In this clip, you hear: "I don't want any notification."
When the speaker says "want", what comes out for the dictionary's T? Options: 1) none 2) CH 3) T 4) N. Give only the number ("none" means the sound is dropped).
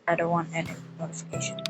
1